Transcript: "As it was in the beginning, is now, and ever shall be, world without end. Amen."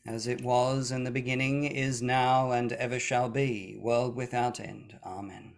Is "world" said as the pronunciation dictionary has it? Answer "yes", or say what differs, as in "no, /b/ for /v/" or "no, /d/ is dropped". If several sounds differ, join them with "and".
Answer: yes